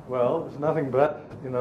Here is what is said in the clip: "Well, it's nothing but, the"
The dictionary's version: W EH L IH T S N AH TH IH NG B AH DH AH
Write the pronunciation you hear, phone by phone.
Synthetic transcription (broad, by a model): W EH L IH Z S N AH TH IH NG B AH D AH